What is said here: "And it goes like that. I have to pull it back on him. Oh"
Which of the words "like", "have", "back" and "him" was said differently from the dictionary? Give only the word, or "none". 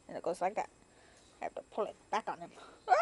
have